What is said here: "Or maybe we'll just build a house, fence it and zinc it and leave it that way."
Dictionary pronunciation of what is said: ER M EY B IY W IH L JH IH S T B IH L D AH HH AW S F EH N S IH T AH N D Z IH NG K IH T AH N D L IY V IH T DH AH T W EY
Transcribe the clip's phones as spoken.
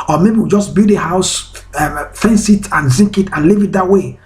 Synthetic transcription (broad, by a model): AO M EY B IY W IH JH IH S B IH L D AH HH AW S F EH N S IH T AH N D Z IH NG K IH T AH N L IY V IH T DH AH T W EY